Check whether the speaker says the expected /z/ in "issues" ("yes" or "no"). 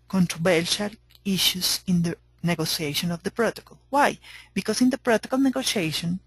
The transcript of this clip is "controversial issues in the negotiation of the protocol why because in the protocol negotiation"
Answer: no